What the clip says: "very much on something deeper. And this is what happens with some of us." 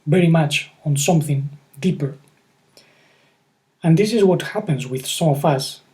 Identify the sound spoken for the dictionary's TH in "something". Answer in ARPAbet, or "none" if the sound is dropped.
TH